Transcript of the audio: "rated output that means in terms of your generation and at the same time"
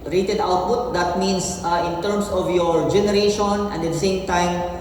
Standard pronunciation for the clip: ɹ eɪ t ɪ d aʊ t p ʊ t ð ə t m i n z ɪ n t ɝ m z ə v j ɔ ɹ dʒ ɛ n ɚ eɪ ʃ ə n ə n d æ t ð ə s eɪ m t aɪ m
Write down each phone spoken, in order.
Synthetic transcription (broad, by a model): ɹ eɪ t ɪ d aʊ t p ʊ t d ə t m i n s ɪ n t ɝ m s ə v j ɔ ɹ dʒ ɛ n ɚ eɪ ʃ ə n ə n d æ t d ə s eɪ m t aɪ m